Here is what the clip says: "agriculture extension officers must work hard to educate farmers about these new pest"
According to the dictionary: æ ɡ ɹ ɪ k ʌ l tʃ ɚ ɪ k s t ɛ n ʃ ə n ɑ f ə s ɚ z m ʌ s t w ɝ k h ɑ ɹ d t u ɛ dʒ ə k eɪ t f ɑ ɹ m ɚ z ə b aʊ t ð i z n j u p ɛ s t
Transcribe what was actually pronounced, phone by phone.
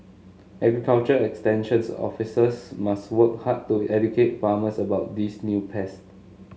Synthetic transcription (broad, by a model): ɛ ɡ ɹ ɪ k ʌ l tʃ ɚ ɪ k s t ɛ n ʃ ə n ɑ f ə s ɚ s m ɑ s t w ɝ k h ɑ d t u ɛ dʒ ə k eɪ t f ɑ m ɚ s ə b aʊ t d i s n j u p ɛ s t